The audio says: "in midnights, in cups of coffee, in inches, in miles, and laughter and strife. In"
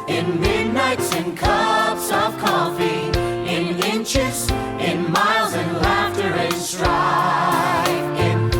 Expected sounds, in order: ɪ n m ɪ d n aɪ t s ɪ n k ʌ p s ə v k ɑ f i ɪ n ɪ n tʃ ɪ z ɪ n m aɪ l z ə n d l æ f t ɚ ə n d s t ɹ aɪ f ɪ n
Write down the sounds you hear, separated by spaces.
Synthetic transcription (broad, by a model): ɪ n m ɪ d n aɪ t s ɪ n k ʌ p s ə v k ɑ f i ɪ n ɪ n tʃ ɪ z ɪ n m aɪ l z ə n l æ f t ɚ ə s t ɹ aɪ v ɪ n